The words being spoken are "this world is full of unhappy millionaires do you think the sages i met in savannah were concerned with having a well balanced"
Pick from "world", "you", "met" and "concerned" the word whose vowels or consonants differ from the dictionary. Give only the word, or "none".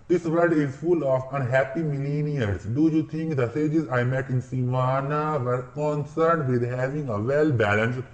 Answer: world